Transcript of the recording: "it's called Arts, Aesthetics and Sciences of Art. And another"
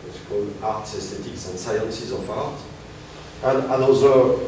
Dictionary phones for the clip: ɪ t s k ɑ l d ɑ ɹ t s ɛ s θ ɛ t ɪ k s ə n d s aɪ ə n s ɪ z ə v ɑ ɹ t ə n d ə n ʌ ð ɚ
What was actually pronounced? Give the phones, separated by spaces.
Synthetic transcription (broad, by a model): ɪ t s k ɑ l d ɑ ɹ t s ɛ s t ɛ t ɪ k s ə n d s aɪ ə n s ɪ z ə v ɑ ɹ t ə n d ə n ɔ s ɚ